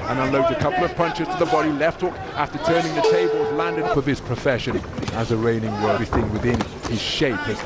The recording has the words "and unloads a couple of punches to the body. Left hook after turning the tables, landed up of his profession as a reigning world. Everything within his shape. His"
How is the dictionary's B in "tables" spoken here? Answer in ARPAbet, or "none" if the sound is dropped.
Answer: B